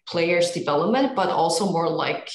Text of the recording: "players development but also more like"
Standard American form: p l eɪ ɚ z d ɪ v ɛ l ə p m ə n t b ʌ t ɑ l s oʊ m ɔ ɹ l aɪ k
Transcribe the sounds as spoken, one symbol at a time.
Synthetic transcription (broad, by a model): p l eɪ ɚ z d ɪ v ɛ l ə p m ə n t b ʌ t ɑ l s oʊ m ɔ ɹ l aɪ k